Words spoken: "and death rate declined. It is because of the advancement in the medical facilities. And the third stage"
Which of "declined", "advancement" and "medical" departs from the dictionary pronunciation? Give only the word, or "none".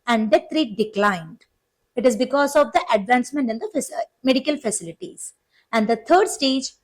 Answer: none